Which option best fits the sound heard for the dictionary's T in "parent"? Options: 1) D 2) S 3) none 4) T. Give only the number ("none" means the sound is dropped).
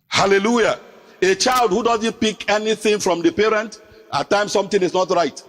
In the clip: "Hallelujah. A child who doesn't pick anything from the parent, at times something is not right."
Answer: 4